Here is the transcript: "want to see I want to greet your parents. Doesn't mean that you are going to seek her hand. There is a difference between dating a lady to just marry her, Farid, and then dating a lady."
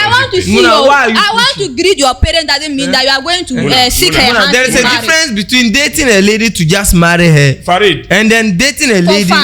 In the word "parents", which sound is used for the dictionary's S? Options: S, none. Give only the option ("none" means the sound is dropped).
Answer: none